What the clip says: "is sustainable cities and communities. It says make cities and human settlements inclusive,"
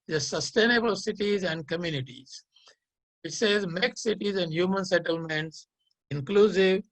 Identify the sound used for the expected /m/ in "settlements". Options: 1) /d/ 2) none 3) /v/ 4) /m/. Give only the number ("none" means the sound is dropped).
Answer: 4